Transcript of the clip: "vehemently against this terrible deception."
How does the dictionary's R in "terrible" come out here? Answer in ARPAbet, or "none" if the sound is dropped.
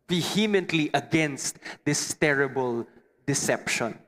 R